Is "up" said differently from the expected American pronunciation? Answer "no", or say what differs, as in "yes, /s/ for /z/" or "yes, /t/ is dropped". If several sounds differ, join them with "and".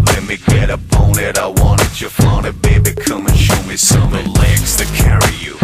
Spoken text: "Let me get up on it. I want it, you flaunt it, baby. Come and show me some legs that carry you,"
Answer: yes, /b/ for /p/